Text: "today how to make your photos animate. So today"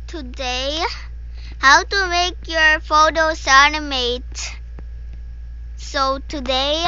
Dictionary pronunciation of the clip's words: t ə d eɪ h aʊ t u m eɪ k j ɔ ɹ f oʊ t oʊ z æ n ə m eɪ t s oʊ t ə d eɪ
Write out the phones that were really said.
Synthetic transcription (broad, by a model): t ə d eɪ h aʊ t u m eɪ k j ɔ ɹ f oʊ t oʊ s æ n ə m eɪ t s oʊ t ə d eɪ